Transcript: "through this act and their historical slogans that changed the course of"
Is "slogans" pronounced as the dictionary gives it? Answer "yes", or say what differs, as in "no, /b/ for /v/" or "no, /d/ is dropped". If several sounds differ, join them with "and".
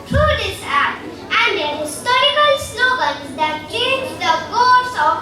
no, /n/ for /l/